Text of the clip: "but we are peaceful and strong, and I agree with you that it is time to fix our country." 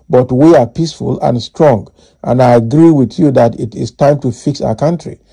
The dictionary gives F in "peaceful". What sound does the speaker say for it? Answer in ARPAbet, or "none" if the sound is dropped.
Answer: F